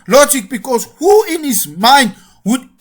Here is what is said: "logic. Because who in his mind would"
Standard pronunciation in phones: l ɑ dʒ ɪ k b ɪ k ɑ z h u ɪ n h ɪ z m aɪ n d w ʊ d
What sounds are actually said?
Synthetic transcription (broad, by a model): l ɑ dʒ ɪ k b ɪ k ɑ s h u ɪ n h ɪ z m aɪ n d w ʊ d